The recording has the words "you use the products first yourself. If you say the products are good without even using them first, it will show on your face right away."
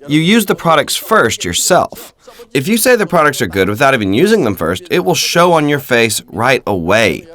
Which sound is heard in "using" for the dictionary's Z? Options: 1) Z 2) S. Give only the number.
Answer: 1